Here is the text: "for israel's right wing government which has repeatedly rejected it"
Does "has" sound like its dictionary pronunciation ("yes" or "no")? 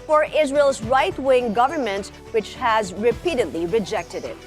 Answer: yes